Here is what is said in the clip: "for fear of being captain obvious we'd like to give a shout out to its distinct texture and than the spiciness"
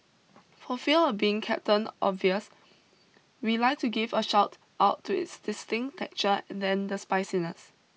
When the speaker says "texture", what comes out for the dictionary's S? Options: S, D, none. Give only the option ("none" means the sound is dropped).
none